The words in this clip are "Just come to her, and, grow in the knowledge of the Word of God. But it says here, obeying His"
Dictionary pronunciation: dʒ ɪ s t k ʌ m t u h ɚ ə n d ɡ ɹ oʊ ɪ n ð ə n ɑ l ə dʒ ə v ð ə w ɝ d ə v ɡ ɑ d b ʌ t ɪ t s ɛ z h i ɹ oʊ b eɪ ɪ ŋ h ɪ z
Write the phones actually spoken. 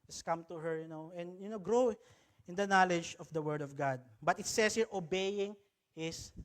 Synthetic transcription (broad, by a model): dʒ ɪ s k ʌ m t u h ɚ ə n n ɡ ɹ oʊ ɪ n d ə n ɑ l ə dʒ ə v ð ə w ɝ d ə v ɡ ɑ d b ʌ t ɪ t s ɛ s h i ɹ oʊ b eɪ ɪ ŋ h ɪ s